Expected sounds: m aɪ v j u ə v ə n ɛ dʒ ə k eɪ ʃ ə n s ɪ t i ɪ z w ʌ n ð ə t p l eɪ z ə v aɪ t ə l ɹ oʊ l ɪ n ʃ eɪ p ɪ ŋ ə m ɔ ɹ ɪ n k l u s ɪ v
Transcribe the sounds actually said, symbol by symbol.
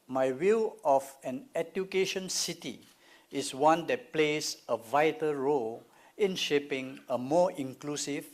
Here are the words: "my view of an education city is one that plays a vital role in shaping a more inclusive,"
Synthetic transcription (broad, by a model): m aɪ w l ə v ə n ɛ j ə k eɪ ʃ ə n s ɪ t i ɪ s w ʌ n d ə t p l eɪ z ə v aɪ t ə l ɹ oʊ l ɪ n ʃ eɪ p ɪ ŋ ə m ɔ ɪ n k l u s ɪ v